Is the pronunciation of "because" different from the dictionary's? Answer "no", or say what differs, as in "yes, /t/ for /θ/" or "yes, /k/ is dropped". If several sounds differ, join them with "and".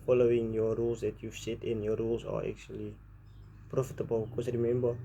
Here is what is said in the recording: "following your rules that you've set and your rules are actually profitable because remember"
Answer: yes, /s/ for /z/